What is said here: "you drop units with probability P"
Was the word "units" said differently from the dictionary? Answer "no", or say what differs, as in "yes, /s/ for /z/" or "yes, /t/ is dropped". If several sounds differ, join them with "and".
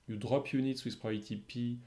no